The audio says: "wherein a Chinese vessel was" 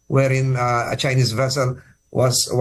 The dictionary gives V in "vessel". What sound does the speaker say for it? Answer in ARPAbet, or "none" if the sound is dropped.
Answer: V